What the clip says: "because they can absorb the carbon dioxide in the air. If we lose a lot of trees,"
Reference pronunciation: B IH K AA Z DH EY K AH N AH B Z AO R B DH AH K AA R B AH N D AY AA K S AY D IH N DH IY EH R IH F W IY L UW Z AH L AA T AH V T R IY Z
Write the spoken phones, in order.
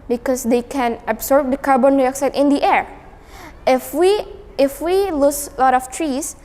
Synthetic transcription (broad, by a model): B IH K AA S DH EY K AH N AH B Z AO R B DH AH K AA R B AH N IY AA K S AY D IH N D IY EH R IH F W IY W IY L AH L AA T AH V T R IY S